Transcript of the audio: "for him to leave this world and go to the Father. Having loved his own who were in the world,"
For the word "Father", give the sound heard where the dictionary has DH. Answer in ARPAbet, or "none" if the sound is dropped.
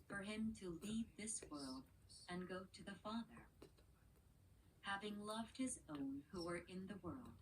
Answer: DH